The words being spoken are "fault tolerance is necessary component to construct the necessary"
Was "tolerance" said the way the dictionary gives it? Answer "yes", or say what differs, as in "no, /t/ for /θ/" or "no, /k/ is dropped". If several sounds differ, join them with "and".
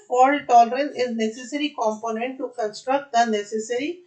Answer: no, /s/ is dropped